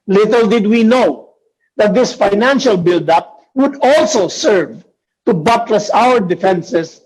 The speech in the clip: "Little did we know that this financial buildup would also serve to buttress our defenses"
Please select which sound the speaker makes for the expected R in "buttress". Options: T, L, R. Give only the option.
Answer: L